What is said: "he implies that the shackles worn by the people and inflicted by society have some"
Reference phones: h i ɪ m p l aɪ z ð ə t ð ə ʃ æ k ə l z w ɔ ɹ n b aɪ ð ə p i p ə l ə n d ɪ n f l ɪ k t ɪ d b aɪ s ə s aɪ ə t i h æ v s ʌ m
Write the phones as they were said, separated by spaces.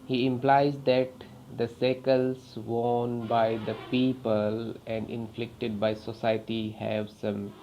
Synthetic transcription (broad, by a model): h i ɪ m p l aɪ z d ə t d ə s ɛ k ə l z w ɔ n b aɪ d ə p i p ə l ə n d ɪ n f l ɪ k t ɪ d b aɪ s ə s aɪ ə t i h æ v s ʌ m